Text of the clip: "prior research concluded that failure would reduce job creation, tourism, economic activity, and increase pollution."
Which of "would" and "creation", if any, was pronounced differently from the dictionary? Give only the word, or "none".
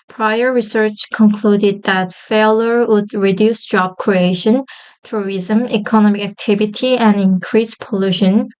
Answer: none